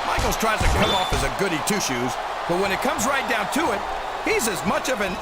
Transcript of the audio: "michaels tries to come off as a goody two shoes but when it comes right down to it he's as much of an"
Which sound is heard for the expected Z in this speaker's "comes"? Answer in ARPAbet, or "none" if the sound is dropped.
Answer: Z